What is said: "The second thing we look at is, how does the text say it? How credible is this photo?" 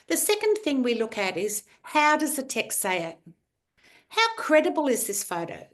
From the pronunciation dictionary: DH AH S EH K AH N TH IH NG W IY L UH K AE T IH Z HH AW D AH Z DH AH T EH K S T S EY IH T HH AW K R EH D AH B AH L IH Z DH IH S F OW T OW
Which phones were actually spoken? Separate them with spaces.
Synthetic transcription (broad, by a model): DH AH S EH K AH N TH IH NG W IY L UH K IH T IH Z HH AW D AH Z DH AH T EH K S T S EY IH T HH AW K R EH D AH B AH L IH Z DH IH S F OW T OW